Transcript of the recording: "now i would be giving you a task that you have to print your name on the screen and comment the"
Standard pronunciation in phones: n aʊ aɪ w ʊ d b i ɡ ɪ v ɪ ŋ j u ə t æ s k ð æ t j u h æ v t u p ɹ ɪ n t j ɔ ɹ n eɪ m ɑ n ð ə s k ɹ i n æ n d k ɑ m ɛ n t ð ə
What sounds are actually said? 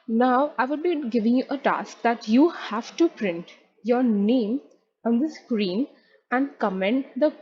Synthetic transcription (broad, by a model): n aʊ aɪ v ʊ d b i ɡ ɪ v ɪ ŋ j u ə t æ s k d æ t j u h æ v t u p ɹ ɪ n t j ɔ ɹ n eɪ m ɑ n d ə s k ɹ i n æ n d k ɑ m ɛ n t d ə